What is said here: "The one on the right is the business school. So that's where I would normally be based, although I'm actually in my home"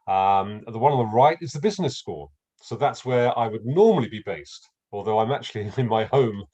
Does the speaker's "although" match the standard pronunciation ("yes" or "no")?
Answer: yes